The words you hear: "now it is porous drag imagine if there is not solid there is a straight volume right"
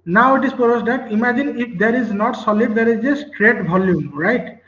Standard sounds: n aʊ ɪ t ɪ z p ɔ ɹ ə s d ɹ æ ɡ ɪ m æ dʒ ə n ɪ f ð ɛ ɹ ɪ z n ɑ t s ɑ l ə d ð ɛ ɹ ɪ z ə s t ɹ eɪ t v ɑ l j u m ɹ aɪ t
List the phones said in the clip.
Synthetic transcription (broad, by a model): n aʊ ɪ t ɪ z p ɔ ɹ ə s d ɑ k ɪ m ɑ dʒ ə n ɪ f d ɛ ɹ ɪ z n ɑ t s ɑ l ə d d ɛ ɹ ɪ z ə s t ɹ eɪ t b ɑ l j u m ɹ aɪ t